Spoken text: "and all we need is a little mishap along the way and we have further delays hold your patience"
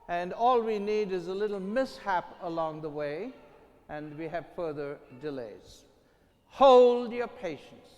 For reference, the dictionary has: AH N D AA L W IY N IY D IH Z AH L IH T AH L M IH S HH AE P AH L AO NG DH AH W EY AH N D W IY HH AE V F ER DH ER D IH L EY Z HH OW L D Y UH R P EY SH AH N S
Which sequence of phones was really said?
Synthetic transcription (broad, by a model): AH N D AA L W IY N IY D IH Z AH L IH T L M IH S HH AE P AH L AO NG DH AH W EY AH N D W IY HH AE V F ER DH ER D IH L EY Z HH OW L D Y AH R P EY SH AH N S